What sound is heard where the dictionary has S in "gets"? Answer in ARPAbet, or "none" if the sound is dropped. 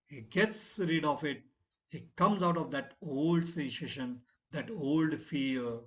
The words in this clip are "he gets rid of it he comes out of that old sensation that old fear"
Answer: S